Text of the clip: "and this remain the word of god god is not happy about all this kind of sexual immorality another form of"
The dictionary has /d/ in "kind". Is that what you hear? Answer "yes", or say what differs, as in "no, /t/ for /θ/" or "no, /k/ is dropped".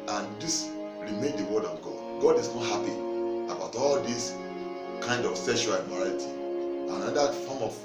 yes